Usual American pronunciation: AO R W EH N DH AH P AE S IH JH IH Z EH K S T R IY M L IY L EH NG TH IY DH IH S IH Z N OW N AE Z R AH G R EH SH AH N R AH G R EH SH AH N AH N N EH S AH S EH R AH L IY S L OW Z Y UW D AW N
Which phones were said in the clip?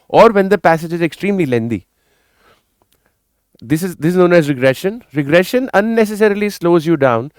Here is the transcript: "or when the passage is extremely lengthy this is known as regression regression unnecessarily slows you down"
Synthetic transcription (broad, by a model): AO R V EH N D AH P AE S IH JH IH Z EH K S T R IY M L IY L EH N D IY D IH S IH Z N OW N AE Z R AH G R EH SH AH N R AH G R EH SH AH N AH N N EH S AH S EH R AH L IY S L OW Z Y UW D AW N